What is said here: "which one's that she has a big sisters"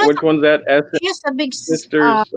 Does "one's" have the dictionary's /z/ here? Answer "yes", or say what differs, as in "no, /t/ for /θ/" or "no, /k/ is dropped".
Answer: yes